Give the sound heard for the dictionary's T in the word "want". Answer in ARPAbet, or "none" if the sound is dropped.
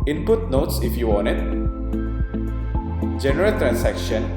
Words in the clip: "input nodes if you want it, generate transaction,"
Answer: none